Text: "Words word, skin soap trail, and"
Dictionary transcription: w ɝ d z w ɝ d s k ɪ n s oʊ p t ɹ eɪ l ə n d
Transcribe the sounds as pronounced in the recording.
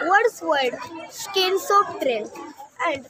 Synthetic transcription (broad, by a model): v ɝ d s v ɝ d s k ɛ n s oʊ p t ɹ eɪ n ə n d